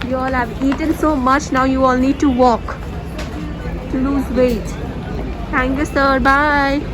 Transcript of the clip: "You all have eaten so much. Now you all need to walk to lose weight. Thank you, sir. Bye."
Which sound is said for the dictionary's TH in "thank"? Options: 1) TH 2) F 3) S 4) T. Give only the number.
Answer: 4